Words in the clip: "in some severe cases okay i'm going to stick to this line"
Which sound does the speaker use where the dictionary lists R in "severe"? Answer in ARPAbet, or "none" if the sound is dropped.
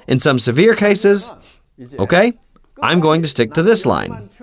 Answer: R